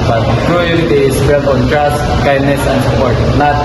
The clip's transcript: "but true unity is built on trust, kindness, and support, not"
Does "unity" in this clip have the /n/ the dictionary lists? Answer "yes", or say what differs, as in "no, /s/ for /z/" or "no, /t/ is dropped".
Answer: no, /n/ is dropped